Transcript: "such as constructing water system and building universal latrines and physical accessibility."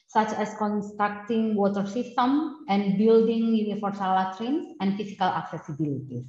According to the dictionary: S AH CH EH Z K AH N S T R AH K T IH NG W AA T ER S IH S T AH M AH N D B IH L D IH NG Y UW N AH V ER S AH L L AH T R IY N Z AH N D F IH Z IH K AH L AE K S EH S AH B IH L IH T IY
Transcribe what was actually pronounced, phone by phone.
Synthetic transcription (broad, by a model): S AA CH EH S K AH N S T R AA K T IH NG W AA T ER S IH S T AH M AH N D B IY L D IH NG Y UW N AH F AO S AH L L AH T R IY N S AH N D F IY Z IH K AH L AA K S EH S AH B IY L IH T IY